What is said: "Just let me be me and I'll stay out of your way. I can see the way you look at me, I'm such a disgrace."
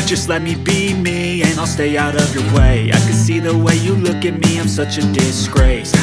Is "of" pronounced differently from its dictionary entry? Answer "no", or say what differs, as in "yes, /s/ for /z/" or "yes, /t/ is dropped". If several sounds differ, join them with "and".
no